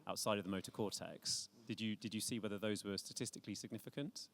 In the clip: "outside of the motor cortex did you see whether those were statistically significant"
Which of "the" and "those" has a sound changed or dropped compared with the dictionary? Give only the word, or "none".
none